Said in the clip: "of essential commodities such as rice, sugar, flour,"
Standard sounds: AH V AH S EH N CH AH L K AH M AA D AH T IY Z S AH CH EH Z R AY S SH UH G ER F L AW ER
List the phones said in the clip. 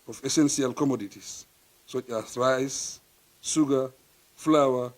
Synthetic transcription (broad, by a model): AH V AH S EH N S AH L K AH M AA D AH T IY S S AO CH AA S R AY S S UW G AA F L AW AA